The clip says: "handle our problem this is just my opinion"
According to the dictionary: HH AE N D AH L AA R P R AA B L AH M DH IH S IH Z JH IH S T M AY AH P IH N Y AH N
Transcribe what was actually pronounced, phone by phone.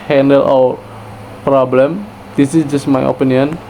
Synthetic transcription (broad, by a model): HH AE N D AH L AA W P R AA B L AH M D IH S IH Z JH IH S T M AY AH P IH N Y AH N